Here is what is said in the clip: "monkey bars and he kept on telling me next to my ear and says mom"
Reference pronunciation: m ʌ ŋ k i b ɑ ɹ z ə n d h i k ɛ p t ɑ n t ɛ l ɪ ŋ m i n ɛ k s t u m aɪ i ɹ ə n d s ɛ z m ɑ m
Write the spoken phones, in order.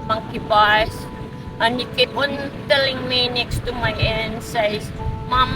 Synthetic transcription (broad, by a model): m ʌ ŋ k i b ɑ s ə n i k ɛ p ɑ n t ɛ l ɪ ŋ m i n ɛ k s t u m aɪ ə n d s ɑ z m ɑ m